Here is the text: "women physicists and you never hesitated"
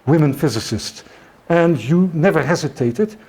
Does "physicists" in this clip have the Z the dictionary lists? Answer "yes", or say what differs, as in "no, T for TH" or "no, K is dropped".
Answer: yes